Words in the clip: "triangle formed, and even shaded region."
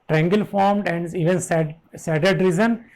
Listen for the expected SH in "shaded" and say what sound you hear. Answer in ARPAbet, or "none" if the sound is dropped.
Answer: S